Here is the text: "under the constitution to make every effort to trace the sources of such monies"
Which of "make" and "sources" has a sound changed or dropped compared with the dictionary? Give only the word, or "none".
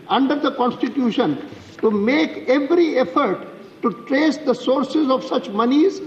none